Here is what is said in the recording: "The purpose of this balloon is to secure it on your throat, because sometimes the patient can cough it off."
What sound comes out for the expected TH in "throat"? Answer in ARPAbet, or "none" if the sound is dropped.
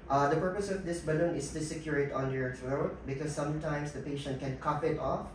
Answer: S